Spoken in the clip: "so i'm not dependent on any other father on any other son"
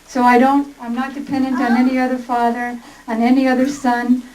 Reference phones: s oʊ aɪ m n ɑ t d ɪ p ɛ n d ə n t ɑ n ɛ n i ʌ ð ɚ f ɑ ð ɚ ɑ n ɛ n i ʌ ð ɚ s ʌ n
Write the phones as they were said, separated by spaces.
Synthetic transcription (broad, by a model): s oʊ aɪ m n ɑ t d ɪ p ɛ n d ə n t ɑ n ɛ n i ʌ ð ɚ f ɑ ð ɚ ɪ n ɛ n i ʌ ð ɚ s ʌ n